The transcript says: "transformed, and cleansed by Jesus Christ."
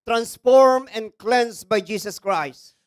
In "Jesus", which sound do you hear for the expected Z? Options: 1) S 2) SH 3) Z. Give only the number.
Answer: 1